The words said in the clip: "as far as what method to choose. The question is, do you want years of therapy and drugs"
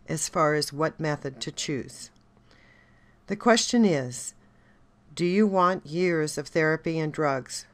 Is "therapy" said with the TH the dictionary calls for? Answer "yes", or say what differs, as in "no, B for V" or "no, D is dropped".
yes